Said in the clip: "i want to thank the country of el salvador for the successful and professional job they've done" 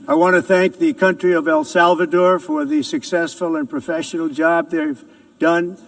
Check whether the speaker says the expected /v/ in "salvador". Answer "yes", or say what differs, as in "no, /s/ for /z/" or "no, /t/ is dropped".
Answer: yes